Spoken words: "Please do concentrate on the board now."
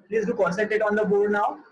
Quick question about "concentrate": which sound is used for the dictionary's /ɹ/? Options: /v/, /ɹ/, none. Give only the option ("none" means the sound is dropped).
none